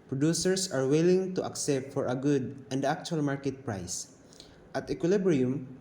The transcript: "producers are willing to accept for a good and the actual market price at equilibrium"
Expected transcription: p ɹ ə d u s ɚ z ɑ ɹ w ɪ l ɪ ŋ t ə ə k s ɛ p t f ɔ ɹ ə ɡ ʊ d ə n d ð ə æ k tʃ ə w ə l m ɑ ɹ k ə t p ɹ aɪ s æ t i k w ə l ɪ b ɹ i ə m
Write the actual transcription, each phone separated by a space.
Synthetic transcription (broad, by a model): p ɹ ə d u s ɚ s ɑ ɹ w ɪ l ɪ ŋ t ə ə k s ɛ p t f ɔ ɹ ə ɡ ʊ d ə n d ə k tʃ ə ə l m ɑ ɹ k ə t p ɹ aɪ s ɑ t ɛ k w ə l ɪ b ɹ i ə m